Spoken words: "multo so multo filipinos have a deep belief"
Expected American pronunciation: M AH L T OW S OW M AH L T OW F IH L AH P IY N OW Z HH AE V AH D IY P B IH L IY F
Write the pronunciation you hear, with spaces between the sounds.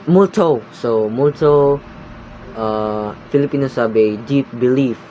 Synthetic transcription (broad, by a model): M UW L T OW S OW M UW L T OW F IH L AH P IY N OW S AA B AH D IY P B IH L IY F